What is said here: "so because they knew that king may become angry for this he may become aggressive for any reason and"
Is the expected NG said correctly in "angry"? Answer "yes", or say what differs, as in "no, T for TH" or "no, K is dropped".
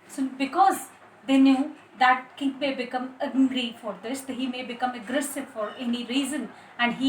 no, NG is dropped